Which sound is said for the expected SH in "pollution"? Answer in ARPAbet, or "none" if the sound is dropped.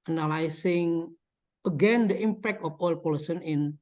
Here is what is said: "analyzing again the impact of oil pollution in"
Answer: S